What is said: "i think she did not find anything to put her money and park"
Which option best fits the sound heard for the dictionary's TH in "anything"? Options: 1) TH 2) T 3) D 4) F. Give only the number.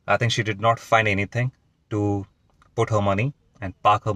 2